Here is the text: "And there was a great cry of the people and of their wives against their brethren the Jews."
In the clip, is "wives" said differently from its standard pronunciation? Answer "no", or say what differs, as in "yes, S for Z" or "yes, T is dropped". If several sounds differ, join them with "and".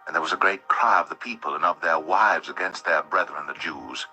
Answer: no